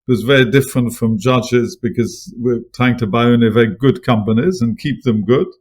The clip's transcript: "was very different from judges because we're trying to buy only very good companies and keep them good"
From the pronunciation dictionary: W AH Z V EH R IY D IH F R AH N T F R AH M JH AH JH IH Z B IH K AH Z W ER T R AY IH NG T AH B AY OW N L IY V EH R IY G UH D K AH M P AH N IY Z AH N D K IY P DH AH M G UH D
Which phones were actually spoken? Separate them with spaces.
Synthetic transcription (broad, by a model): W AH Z V EH R IY D IH F R AH N T F R AH M JH AH JH IH Z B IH K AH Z W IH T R AY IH NG T AH B AY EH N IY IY V EH R IY G UH D K AH M P AH N IY Z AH N K IY P DH AH M G UH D